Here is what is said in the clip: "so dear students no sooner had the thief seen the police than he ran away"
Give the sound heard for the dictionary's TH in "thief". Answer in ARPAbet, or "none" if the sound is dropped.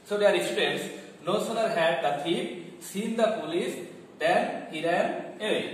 T